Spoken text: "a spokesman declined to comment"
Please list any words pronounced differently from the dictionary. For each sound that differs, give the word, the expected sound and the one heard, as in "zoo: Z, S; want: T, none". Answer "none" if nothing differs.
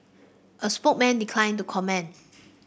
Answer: spokesman: S, none; comment: T, none